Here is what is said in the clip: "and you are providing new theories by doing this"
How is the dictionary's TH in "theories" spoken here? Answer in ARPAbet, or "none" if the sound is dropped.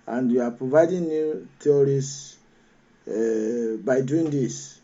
T